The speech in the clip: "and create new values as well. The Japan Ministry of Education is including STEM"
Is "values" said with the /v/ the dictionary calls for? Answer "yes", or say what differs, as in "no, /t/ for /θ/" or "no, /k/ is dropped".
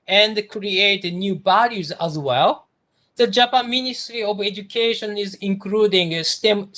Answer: no, /b/ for /v/